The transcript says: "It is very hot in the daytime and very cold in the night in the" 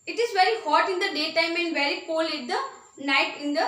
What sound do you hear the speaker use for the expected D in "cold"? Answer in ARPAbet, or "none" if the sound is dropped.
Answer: none